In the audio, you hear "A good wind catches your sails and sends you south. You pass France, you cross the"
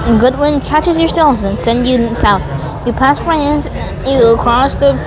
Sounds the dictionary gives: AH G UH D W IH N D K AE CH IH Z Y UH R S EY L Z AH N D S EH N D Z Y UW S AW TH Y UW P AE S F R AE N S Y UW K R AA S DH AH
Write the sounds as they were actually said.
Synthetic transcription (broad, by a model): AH G UH D W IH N K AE CH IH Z Y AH R S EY L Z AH N S EH N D Y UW S AW TH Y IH P AE S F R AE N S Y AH K R AA S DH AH